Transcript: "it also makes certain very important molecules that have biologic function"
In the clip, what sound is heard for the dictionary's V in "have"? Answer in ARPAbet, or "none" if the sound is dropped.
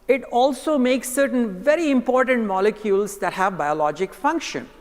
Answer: V